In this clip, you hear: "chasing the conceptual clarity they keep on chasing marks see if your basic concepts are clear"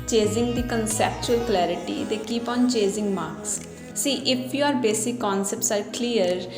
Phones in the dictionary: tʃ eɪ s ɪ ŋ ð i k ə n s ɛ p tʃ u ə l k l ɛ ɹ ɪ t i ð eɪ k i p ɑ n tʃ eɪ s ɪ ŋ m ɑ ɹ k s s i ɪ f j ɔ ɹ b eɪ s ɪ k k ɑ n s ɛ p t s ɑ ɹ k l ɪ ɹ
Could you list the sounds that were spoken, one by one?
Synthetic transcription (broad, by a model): tʃ eɪ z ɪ ŋ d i k ə n s ɛ p tʃ u ə l k l ɛ ɹ ɪ t i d eɪ k i p ɑ n tʃ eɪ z ɪ ŋ m ɑ ɹ k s s i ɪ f j ɔ ɹ b eɪ s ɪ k k ɑ n s ɛ p t s ɑ ɹ k l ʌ ɹ